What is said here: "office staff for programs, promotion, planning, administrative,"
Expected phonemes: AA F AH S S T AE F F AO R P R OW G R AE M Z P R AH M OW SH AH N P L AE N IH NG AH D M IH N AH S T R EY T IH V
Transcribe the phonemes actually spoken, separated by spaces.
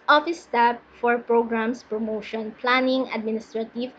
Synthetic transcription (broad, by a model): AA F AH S S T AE P F AO R P R OW G R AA M S P R AH M OW SH AH N P L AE N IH NG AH D M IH N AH S T R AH T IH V